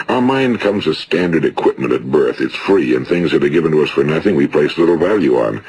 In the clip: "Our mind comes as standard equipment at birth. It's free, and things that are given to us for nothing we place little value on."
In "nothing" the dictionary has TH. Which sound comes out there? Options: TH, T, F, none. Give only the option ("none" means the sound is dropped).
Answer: TH